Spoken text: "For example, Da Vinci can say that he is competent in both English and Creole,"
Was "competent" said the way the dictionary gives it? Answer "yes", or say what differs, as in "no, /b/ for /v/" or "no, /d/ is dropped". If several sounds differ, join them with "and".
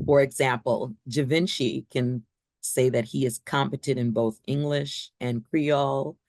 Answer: no, /n/ is dropped